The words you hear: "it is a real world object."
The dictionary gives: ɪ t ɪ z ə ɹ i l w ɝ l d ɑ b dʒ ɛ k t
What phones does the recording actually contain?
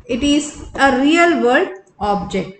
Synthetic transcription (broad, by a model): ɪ t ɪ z ə ɹ i l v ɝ d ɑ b dʒ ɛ k t